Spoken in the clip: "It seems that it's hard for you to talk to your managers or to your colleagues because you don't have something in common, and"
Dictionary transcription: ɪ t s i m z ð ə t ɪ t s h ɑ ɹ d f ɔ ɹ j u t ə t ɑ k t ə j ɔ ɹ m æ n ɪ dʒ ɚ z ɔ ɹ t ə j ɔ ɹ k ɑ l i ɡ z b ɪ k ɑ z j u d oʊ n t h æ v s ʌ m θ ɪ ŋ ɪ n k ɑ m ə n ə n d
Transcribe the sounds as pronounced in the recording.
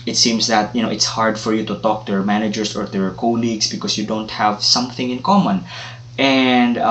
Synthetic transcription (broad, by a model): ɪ t s i m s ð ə t ɪ t s h ɑ ɹ d f ɔ ɹ j u t ə t ɑ k t ə j ɔ ɹ m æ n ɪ dʒ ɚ s ɔ ɹ t ə j ɔ ɹ k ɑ l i ɡ s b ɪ k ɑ s j u d oʊ n t h æ v s ʌ m θ ɪ ŋ ɪ n k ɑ m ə n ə n d